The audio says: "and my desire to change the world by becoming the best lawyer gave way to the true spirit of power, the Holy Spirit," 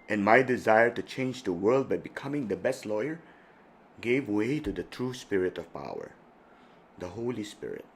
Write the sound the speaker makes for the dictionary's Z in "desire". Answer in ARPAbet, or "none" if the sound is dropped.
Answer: Z